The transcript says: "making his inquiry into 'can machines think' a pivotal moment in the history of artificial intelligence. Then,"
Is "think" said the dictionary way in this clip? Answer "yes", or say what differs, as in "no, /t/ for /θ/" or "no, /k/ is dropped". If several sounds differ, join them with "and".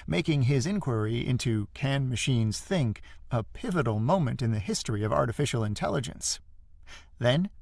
yes